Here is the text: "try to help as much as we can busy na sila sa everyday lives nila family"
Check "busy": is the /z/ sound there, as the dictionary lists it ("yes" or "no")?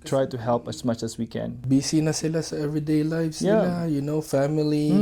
no